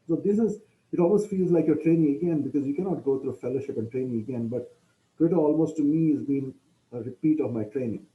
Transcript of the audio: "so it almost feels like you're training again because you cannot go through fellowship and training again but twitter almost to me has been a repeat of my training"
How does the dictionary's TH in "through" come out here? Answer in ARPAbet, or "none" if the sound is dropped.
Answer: T